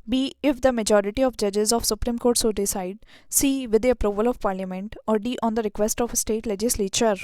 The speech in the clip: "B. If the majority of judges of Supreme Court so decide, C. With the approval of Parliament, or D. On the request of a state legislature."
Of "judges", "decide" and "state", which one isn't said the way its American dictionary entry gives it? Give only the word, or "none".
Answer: none